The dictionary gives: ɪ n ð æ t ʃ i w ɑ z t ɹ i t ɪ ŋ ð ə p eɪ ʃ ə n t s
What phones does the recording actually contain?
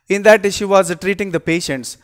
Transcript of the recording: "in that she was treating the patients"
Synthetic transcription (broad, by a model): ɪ n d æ t ʃ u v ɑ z t ɹ i t ɪ ŋ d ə p eɪ ʃ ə n t s